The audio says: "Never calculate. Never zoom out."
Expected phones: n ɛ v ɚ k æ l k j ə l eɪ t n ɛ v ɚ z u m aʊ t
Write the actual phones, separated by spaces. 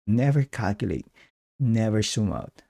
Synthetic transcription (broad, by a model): n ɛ v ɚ k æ l k j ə l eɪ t n ɛ v ɚ s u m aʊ t